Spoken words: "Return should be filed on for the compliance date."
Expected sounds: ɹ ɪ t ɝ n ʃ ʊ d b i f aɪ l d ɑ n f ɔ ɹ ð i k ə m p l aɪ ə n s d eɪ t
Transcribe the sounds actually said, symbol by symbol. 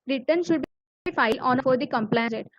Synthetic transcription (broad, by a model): ɹ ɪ t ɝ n ʃ ʊ d b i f aɪ l ɑ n f ɔ ɹ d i k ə m p l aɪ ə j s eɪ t